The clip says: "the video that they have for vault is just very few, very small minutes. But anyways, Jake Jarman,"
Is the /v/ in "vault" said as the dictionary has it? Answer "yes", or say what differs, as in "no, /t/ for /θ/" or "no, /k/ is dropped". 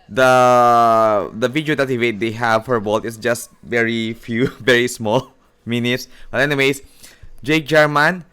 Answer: no, /b/ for /v/